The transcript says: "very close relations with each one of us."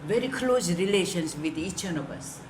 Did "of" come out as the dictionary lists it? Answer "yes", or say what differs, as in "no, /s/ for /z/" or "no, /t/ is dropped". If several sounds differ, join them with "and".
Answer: no, /b/ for /v/